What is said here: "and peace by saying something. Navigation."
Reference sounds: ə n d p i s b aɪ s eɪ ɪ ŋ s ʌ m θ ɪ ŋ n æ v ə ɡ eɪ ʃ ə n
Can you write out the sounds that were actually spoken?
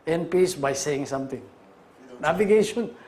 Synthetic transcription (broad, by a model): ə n p i s b aɪ s eɪ ɪ ŋ s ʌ m t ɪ ŋ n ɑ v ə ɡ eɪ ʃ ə n